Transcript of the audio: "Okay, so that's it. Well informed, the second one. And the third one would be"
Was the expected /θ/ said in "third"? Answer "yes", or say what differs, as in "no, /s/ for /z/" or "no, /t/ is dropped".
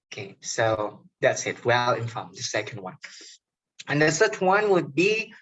no, /s/ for /θ/